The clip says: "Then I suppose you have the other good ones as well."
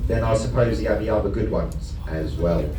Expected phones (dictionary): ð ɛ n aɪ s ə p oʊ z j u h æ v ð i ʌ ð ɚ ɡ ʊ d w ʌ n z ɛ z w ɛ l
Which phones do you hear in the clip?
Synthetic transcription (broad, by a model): ð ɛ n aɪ s ə p oʊ z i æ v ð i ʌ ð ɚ ɡ ʊ d w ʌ n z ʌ z w ɛ l